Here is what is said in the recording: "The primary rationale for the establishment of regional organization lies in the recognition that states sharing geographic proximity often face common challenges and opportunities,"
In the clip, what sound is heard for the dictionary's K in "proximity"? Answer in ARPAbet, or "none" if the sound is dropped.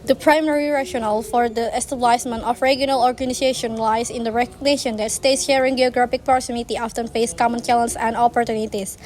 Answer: none